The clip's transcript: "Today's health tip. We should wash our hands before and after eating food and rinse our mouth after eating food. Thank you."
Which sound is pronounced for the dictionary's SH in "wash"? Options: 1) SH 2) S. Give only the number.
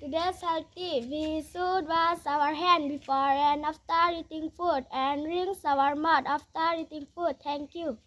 2